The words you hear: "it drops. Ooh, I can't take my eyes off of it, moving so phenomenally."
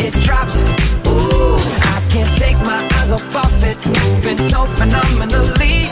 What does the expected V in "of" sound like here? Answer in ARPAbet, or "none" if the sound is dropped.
F